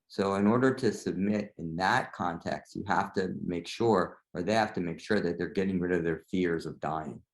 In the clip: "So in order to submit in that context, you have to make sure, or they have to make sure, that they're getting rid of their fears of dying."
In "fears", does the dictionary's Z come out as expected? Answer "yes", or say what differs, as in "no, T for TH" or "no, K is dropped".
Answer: yes